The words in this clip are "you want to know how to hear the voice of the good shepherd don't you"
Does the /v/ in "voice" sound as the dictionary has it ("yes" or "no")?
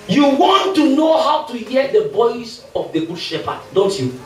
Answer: no